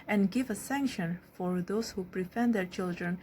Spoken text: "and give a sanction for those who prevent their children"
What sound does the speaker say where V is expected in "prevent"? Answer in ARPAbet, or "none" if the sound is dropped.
F